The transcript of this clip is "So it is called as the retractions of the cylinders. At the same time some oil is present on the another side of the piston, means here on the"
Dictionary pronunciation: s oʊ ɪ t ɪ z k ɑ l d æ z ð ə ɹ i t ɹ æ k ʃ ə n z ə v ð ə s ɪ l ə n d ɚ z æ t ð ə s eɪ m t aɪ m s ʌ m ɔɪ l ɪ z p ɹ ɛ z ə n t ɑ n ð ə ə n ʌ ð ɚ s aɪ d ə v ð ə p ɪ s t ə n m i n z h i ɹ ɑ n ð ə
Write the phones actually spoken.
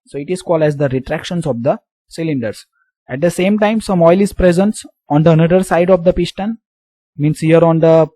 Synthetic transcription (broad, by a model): s oʊ ɪ t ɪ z k ɑ l d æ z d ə ɹ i t ɹ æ k ʃ ə n s ə v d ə s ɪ l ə n d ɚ s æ t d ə s eɪ m t aɪ m s ʌ m ɔɪ l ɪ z p ɹ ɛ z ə n t ɑ n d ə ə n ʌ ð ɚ s aɪ d ə v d ə p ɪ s t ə n m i n s h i ɹ ɑ n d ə